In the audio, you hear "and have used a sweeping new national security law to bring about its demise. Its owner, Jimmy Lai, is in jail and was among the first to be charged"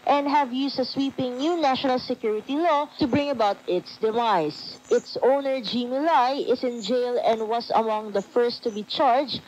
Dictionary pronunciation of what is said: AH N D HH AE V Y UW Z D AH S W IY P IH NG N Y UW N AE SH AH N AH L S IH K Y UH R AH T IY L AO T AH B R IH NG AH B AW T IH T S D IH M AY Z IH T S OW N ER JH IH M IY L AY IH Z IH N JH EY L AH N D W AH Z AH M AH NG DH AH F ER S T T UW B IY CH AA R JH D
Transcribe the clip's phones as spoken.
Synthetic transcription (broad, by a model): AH N D HH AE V Y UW S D AH S W IY P IH NG N Y UW N AE SH AH N AH L S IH K Y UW R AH T IY L AO T AH B R IH NG AH B AW T IH T S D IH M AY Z IH T S OW N ER JH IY M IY L AY IH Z IH N JH EY L AH N D W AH S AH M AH NG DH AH F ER S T T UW B IY CH AA R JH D